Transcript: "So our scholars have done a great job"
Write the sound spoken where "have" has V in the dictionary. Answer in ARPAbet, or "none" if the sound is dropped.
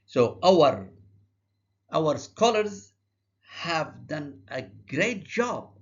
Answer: V